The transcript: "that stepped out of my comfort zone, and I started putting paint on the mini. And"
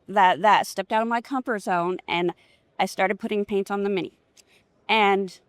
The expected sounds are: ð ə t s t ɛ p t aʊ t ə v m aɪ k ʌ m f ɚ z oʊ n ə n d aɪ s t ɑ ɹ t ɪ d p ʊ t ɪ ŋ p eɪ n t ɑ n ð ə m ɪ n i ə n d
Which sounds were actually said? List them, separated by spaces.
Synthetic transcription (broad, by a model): ð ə t s t ɛ p t aʊ t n m aɪ k ʌ m p ɚ z oʊ n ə n aɪ s t ɑ ɹ t ɪ d p ʊ t ɪ ŋ p eɪ n t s n ð ə m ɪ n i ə n